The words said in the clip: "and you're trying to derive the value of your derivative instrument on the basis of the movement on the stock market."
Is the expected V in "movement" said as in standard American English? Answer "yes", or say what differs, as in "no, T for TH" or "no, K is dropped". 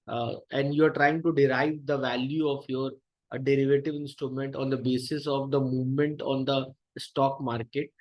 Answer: yes